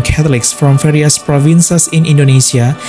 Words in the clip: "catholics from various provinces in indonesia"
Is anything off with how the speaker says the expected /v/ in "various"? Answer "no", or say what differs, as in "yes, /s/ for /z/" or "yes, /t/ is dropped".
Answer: yes, /f/ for /v/